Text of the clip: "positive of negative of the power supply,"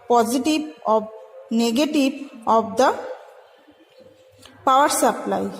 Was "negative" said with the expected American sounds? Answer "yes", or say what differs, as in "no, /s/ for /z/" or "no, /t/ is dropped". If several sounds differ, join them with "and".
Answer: no, /b/ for /v/